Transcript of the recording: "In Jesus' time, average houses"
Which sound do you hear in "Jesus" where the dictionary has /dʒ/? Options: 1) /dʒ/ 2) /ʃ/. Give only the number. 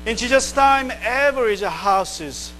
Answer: 2